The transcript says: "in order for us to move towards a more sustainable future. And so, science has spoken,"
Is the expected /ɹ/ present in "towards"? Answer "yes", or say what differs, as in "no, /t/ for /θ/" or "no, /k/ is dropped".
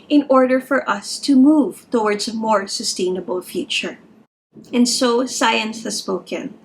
yes